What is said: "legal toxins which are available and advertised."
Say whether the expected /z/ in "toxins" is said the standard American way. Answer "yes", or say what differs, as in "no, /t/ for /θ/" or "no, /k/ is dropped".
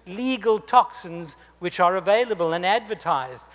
yes